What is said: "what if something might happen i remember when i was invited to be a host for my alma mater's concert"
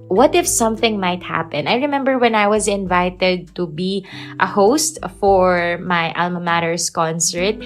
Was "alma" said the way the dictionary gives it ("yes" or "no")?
yes